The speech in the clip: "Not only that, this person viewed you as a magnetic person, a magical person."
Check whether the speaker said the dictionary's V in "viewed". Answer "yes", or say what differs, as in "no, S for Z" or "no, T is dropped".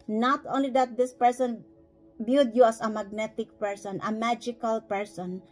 no, B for V